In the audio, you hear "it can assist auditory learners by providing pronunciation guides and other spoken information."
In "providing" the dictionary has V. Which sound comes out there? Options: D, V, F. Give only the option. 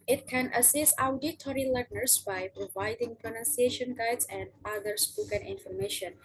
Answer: V